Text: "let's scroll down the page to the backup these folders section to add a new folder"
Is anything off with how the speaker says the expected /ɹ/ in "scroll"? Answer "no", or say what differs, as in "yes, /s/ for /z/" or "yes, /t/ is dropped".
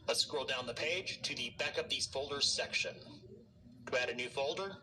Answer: yes, /ɹ/ is dropped